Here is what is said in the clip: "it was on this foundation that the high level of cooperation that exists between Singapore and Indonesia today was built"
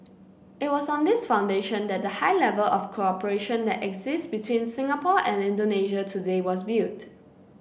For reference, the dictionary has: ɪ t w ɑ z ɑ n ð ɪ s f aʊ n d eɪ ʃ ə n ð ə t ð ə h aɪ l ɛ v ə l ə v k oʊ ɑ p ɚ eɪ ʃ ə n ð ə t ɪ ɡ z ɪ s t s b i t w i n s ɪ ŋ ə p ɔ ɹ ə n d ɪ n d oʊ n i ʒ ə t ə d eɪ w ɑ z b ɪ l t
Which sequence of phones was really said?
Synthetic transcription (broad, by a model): ɪ t w ɑ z ɑ n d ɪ s f aʊ n d eɪ ʃ ə n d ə t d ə h aɪ l ɛ v ə l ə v k oʊ ɑ p ɚ eɪ ʃ ə n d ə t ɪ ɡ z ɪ s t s b i t w i n s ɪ ŋ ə p ɔ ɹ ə n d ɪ n d oʊ n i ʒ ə t ə d eɪ w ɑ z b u t